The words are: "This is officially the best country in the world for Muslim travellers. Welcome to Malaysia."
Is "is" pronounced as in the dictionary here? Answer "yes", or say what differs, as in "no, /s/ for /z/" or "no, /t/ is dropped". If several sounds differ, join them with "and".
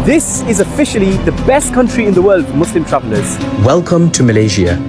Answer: yes